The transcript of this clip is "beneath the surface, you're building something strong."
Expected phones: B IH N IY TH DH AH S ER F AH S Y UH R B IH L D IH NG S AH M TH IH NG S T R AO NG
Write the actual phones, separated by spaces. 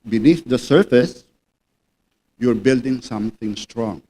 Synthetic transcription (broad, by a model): B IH N IY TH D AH S ER F AH S Y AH R B IH L D IH NG S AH M T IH NG S T R AO NG